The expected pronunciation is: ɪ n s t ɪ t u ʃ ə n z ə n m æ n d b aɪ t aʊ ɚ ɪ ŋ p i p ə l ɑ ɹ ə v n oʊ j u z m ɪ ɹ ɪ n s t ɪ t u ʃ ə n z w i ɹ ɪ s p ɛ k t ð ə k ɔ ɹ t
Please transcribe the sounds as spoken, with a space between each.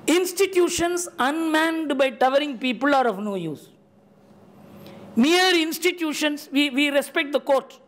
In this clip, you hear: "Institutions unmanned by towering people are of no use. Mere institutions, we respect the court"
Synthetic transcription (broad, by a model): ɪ n s t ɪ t u ʃ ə n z ə n m æ n d b aɪ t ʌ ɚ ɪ ŋ p i p ə l ɑ ɹ ə v n oʊ j u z m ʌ ɹ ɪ n s t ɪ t u ʃ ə n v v i ɹ ɪ s p ɛ k t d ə k ɔ ɹ t